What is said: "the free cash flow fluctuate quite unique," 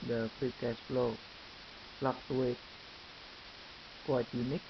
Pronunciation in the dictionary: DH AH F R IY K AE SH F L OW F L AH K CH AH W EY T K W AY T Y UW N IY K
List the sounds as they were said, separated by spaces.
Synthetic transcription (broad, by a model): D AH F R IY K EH S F L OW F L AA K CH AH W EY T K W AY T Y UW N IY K